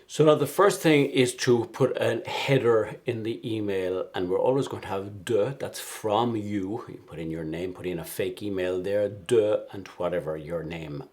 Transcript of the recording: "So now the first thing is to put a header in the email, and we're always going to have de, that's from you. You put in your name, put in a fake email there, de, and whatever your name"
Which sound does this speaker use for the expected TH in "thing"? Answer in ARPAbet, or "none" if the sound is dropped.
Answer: TH